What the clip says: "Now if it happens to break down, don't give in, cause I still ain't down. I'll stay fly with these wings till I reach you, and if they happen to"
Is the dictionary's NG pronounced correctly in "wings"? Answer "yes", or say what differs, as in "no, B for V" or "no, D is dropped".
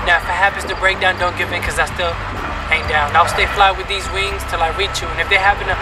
yes